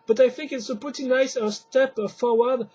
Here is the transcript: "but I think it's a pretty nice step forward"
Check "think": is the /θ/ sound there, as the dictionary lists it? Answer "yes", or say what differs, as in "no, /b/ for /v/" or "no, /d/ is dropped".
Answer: yes